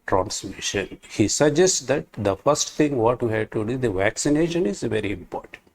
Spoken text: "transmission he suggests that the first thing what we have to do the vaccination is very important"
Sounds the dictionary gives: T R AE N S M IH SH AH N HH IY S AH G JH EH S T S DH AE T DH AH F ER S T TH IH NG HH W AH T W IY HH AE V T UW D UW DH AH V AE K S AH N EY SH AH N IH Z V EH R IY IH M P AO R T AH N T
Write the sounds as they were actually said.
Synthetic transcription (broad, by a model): T R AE N S M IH SH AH N HH IY S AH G JH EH S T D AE T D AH F ER S T T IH NG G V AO T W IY HH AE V T UW D UW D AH V AE K S AH N EY SH AH N IH Z V EH R IY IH M P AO R T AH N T